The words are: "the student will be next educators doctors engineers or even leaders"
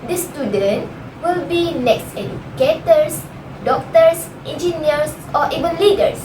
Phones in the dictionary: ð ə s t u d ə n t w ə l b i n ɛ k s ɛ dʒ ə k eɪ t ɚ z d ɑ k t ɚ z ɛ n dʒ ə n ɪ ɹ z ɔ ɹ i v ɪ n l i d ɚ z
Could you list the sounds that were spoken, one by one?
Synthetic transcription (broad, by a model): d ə s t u d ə n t w ə l b i n ɛ k s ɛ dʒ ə k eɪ t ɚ s d ɑ k t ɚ s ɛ n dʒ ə n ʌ ɹ s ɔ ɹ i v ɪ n l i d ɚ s